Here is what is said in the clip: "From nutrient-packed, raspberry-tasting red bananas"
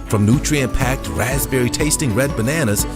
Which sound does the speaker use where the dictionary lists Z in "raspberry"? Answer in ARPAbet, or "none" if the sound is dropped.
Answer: Z